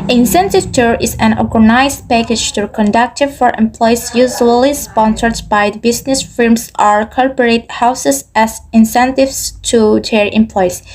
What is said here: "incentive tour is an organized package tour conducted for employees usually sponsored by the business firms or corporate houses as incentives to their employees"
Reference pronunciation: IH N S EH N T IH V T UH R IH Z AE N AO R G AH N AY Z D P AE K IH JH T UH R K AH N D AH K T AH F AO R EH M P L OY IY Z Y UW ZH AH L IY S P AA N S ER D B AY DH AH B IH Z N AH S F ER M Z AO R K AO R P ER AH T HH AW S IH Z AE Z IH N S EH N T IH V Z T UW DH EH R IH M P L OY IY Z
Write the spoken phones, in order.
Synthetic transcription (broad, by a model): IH N S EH N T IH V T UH R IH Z AE N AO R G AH N AY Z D P AE K IH JH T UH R K AH N D AH K T AH F AO R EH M P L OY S Y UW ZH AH L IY S P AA N S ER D B AY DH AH B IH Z N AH S F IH M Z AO R K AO R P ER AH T HH AW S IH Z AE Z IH N S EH N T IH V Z T UW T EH R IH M P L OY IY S